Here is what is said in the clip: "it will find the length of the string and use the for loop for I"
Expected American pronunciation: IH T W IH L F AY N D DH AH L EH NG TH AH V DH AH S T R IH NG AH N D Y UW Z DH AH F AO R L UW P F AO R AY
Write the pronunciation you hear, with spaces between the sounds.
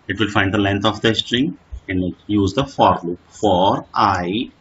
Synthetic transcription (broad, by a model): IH T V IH L F AY N D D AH L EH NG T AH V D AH S T R IH NG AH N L Y UW Z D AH F AO R L UW P F AO R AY